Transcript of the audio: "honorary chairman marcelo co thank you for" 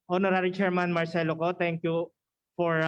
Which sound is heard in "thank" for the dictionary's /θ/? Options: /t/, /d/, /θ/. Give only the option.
/t/